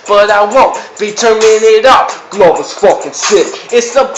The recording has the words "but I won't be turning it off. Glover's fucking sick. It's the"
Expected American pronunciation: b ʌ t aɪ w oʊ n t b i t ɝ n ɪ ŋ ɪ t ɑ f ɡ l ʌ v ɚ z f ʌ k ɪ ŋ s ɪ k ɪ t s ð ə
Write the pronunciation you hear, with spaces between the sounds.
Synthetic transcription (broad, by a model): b ʌ t aɪ w oʊ n b i t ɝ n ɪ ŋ ɪ t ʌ p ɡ l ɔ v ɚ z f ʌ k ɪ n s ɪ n ɪ t s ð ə